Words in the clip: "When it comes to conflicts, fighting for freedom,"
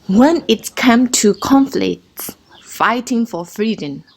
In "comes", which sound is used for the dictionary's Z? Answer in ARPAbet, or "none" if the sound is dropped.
none